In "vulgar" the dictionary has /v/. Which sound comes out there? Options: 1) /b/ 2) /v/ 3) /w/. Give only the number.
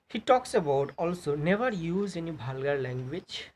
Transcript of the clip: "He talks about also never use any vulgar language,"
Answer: 1